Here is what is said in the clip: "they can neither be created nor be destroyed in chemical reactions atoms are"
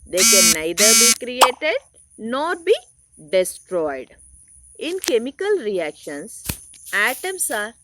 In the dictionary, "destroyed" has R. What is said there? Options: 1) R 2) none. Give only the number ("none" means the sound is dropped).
1